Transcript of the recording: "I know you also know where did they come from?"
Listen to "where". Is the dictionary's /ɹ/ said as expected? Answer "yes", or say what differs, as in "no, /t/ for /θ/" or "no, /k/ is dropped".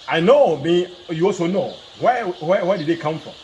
no, /w/ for /ɹ/